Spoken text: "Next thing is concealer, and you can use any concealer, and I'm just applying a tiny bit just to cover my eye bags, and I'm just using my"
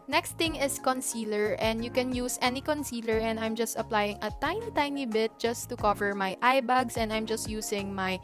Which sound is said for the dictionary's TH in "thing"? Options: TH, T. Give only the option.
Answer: T